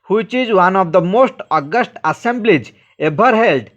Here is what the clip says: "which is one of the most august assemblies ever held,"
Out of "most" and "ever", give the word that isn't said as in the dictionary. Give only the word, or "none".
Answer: ever